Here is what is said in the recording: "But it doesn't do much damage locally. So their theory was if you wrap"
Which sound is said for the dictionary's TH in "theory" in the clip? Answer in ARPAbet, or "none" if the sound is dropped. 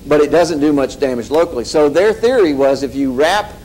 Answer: TH